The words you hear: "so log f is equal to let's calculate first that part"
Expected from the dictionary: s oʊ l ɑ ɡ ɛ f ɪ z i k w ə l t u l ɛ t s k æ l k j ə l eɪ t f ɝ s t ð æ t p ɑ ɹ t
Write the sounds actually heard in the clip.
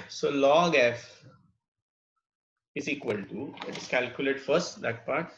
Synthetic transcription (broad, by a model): s oʊ l ɑ ɡ ɛ f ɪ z i k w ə l t u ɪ t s k æ l k j ə l eɪ t f ɝ s t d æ t p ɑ ɹ t